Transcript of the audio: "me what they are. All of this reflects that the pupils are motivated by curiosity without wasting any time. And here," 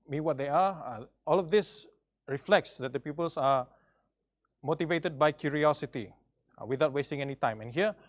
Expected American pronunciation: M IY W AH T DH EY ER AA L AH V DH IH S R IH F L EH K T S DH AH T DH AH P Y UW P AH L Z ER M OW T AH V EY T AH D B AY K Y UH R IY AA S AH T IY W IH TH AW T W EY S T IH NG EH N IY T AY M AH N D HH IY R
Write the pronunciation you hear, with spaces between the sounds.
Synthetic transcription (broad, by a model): M IY W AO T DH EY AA AA L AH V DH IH S R IH F L EH K T S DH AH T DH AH P Y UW P AH L S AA M OW T AH V EY T AH D B AY K Y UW R IY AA S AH T IY W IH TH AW T W EY S T IH NG EH N IY T AY M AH N HH IY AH